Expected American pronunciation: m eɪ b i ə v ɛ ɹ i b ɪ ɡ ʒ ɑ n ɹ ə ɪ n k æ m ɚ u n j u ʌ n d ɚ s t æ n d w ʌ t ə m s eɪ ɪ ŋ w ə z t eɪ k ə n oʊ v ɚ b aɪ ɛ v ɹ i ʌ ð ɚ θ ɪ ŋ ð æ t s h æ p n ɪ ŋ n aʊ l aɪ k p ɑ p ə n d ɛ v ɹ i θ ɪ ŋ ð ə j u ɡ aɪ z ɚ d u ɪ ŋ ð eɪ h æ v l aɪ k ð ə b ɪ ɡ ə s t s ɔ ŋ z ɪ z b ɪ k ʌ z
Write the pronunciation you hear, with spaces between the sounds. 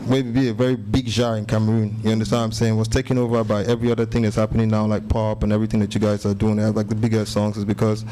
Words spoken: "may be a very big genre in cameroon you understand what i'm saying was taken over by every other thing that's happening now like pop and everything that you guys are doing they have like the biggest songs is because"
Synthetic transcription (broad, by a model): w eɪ b i ə v ɛ ɹ i b ɪ ɡ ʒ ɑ ɹ ɪ n k æ m ɚ u n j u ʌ n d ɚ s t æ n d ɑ ə m s eɪ ɪ ŋ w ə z t eɪ k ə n oʊ v ɚ b aɪ ɛ v ɹ i ʌ ð ɚ θ ɪ ŋ ð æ t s h æ p n ɪ ŋ n aʊ l aɪ k p ɑ p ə n ɛ v ɹ i θ ɪ ŋ ð ə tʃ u ɡ aɪ z ɚ d u ɪ ŋ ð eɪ l aɪ k ð ə b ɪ ɡ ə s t s ɔ ŋ z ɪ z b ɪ k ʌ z